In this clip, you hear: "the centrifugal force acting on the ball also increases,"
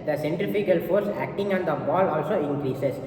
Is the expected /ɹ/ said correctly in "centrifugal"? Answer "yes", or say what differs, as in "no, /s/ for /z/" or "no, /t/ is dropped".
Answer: no, /ɹ/ is dropped